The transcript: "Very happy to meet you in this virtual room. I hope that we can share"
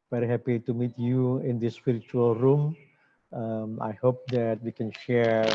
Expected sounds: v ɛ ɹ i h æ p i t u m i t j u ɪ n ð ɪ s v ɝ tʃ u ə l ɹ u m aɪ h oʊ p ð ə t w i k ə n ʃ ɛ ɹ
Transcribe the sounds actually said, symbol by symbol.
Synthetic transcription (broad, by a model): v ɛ ɹ i h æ p i t u m i t j u ɪ n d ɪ s p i tʃ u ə l ɹ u m aɪ h oʊ p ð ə t w i k ə n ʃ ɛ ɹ